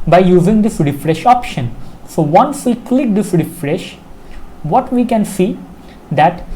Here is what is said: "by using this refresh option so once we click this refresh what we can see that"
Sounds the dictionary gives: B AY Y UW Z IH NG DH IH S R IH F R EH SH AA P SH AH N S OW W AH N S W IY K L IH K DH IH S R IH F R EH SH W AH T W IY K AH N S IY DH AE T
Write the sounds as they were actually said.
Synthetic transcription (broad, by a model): B AY Y UW Z IH NG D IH S R IH F R EH SH AA P SH AH N S OW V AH N S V IY K L IH K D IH S R IH F R EH SH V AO T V IY K AH N S IY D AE T